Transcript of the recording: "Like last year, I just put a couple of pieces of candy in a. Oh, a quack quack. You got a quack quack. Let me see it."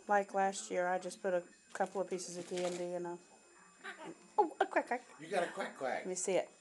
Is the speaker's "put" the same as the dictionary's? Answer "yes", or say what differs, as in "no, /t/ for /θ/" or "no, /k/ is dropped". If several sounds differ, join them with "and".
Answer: yes